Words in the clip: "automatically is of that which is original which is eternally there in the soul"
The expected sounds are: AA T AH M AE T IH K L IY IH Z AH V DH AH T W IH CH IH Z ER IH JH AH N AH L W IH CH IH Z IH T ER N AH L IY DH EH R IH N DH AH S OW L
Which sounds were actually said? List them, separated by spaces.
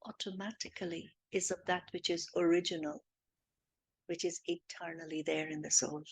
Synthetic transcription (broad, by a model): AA T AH M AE T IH K L IY IH Z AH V DH AH T W IH CH IH Z ER IH JH AH N AH L W IH CH IH Z IH T ER N AH L IY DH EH R IH N DH AH S OW L